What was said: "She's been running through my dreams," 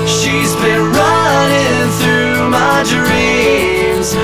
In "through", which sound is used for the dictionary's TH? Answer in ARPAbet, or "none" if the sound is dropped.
TH